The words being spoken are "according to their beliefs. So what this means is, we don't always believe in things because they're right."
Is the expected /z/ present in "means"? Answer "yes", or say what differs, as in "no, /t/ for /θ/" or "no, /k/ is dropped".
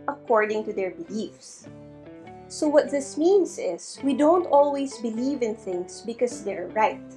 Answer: no, /s/ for /z/